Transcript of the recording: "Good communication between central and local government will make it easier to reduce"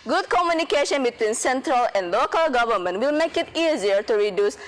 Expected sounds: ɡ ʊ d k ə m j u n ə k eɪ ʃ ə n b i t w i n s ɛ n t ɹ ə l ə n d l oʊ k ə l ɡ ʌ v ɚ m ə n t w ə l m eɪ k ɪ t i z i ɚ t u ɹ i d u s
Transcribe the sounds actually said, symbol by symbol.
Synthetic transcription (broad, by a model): ɡ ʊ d k ə m j u n ə k eɪ ʃ ə n b i t w i n s ɛ n t ɹ ə l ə n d l oʊ k ə l ɡ ʌ v ɚ m ə n t w ə l m eɪ k ɪ t i z i ɚ t u ɹ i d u s